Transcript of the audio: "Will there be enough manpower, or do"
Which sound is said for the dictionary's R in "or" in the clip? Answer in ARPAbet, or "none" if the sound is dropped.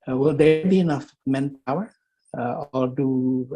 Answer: L